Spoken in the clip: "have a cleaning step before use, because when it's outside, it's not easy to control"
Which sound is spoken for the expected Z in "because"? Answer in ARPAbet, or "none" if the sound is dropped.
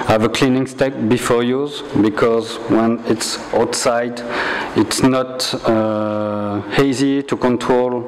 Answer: Z